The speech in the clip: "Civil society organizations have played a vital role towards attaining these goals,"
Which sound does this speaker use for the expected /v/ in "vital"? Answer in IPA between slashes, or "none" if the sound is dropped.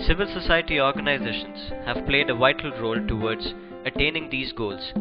/v/